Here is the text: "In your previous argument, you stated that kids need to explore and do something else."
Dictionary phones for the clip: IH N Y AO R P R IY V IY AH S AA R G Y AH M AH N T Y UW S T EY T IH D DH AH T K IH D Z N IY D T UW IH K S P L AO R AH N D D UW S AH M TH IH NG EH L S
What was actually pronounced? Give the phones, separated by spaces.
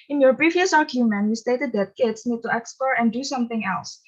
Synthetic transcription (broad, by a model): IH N Y AO R B R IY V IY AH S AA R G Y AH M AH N Y UW S T EY T IH D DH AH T K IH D S N IY D T UW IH K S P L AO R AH N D D UW S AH M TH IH NG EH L S